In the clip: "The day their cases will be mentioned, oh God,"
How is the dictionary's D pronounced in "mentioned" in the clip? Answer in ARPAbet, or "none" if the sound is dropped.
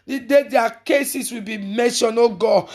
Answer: none